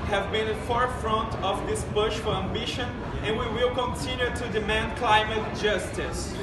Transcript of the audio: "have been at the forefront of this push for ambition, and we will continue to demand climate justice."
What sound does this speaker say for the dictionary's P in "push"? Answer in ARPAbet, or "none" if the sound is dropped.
B